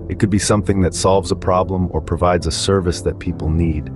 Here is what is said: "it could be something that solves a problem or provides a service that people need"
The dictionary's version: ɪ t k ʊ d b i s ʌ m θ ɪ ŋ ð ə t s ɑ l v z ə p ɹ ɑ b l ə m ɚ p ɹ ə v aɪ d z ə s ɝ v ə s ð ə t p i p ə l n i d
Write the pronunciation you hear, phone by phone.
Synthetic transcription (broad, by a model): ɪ t k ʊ d b i s ʌ m θ ɪ ŋ ð ə t s ɑ l v z ə p ɹ ɑ b l ə m ɚ p ɹ ə v aɪ d z ə s ɝ v ə s ð ə t p i p l n i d